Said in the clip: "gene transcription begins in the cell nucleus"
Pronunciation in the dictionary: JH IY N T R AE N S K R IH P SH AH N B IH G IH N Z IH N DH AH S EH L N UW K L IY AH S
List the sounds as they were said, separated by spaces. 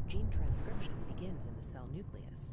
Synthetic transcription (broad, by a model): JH IY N T R AE N S K R IH P SH AH N B IH G IH N Z IH N DH AH S EH L N UW K L IY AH S